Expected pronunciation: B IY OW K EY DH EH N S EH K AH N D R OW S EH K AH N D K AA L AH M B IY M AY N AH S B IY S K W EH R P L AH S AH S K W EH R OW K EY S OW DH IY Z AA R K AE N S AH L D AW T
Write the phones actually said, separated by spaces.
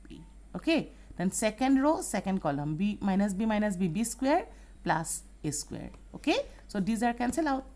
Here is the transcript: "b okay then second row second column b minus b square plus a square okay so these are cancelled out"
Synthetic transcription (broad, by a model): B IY OW K EY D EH N S EH K AH N D R OW S EH K AH N D K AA L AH M B IY M AY N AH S B IY S K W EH R P L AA S AH S K W EH R OW K EY S OW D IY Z AA R K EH N S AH L AW T